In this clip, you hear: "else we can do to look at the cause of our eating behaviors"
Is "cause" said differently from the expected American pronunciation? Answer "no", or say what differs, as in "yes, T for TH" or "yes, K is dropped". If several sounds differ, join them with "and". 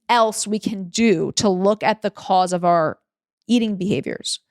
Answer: no